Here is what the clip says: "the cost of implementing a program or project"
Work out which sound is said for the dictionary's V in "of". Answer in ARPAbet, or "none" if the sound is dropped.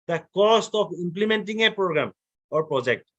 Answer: P